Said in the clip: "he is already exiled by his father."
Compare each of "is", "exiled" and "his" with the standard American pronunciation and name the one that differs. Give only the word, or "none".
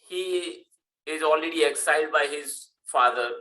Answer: none